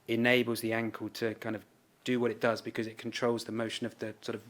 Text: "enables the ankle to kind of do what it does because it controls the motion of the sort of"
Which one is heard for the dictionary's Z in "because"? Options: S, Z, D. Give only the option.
Z